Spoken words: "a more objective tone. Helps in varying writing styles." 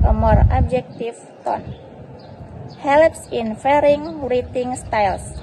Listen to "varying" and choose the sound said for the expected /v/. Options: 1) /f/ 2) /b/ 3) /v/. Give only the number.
1